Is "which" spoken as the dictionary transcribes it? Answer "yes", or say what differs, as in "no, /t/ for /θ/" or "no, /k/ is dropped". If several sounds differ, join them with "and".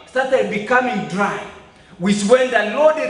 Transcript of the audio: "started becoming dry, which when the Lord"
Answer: no, /s/ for /tʃ/